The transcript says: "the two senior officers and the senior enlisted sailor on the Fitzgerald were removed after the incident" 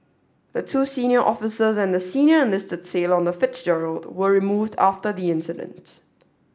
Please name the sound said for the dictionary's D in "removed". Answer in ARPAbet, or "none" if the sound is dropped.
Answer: D